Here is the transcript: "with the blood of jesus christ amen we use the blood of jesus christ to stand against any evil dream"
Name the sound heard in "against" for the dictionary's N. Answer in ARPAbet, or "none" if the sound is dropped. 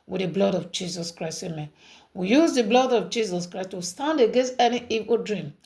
N